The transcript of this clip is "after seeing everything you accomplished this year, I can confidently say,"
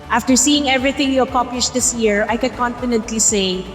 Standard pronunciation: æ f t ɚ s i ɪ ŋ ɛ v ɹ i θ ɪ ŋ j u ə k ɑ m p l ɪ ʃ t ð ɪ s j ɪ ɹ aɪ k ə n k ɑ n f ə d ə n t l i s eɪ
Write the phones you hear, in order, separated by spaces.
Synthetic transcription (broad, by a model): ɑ f t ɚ s i ɪ ŋ ɛ v ɹ i θ ɪ ŋ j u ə k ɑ p ɪ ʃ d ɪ s j ɪ ɹ aɪ k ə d k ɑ n f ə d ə n t l i s eɪ